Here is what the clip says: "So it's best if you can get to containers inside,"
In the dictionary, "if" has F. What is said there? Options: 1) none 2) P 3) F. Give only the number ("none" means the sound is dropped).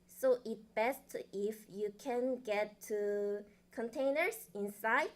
3